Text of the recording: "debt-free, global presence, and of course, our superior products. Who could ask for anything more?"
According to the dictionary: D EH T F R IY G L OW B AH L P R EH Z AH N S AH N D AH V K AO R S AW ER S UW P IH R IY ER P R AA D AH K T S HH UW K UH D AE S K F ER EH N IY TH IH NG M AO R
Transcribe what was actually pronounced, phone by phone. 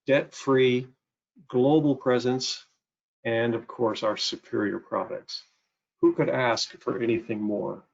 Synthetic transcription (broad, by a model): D EH T F R IY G L OW B L P R EH Z AH N S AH N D AH V K AO R S AW ER S UW P IH R IY ER P R AA D AH K T S HH UW K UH D AE S K F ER EH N IY TH IH NG M AO R